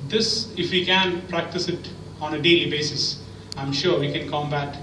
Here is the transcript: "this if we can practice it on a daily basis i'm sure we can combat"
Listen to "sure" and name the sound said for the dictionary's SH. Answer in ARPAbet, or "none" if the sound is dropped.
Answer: SH